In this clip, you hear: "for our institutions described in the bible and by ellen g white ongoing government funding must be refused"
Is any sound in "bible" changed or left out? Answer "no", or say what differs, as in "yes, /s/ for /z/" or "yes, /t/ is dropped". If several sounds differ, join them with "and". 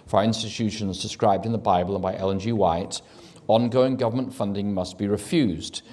no